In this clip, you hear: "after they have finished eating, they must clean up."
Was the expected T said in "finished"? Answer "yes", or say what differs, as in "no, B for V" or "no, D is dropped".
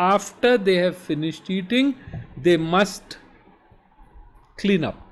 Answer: yes